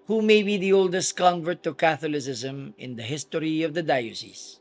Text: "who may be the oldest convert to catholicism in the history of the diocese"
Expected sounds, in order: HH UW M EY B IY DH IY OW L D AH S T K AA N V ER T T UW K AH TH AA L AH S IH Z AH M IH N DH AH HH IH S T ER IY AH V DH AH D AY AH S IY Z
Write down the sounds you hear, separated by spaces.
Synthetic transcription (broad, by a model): HH UW M EY B IY DH IY OW L D AH S T K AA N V ER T T UW K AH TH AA L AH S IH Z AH M IH N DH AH HH IH S T ER IY AH V DH AH D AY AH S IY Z